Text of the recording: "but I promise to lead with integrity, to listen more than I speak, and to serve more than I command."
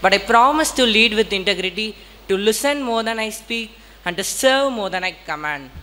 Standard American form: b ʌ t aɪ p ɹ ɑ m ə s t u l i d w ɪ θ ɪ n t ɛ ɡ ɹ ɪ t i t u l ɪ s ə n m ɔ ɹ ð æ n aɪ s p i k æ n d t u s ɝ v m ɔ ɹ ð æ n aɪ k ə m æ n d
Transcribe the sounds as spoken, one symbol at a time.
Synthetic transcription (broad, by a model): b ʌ t aɪ p ɹ ɑ m ə s t u l i d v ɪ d ɪ n t ɛ ɡ ɹ ɪ t i t u l ɪ s ə n m ɔ ɹ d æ n aɪ s p i k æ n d t u s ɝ v m ɔ ɹ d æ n aɪ k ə m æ n d